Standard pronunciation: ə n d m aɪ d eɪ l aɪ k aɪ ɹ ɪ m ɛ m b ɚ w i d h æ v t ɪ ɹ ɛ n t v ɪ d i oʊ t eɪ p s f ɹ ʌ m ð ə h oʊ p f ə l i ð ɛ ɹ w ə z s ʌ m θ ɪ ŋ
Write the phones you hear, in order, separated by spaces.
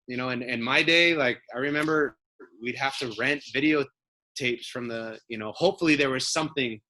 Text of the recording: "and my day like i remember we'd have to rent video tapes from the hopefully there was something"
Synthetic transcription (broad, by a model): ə n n m aɪ d eɪ l aɪ k aɪ ɹ ɪ m ɛ m b ɚ w i d h æ f t ɪ ɹ ɛ n t v ɪ d i oʊ t eɪ p s f ɹ ʌ m ð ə h oʊ p f l i ð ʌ ɹ w ə z s ʌ m θ ɪ ŋ